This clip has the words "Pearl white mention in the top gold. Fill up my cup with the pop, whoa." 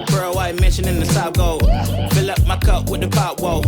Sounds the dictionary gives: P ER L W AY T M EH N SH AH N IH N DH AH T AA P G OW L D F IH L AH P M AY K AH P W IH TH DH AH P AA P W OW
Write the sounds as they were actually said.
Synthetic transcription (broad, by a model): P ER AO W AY M EH N SH AH N IH N DH AH S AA B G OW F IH L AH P M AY K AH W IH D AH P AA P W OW